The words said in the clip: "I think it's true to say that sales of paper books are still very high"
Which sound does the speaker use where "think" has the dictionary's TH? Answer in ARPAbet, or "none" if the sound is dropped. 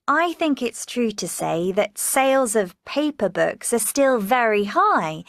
TH